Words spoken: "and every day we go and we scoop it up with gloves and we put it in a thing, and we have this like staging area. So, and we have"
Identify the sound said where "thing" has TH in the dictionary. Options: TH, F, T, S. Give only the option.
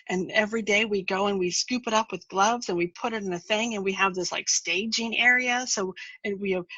TH